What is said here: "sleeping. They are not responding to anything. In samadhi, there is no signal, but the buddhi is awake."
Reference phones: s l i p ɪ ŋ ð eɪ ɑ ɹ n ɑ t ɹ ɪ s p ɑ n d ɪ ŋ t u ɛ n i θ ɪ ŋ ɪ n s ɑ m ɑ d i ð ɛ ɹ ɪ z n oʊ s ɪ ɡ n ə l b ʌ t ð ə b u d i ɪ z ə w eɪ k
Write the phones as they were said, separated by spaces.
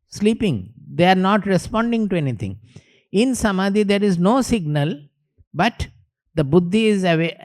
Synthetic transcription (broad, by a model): s l i p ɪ ŋ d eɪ ɑ ɹ n ɑ t ɹ ɪ s p ɑ n d ɪ ŋ t u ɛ n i t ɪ ŋ ɪ n s ɑ m ɑ d i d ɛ ɹ ɪ z n oʊ s ɪ ɡ n ə l b ʌ t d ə b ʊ d i ɪ z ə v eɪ